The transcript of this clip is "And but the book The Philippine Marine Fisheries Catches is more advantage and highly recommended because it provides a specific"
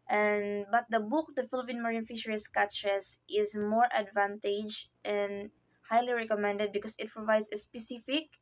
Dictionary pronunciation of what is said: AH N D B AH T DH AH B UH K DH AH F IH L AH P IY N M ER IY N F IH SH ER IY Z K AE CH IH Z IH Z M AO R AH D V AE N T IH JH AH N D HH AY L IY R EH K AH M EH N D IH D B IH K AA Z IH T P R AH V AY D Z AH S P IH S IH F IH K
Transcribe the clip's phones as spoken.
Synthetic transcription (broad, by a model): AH N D B AH T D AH B UH K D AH F IH L AH P IY N M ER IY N F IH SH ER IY S K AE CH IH S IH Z M AO R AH D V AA N T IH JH AH N D HH AY L IY R EH K AH M EH N D IH D B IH K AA S IH T P R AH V AY D S AH S P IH S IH F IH K